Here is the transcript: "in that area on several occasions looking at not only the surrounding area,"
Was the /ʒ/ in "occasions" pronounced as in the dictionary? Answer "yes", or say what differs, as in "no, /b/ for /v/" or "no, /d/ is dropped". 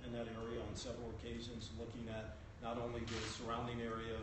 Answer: yes